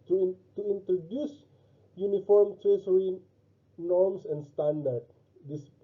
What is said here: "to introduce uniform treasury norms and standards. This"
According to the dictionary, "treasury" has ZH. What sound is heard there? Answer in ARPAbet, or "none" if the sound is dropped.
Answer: S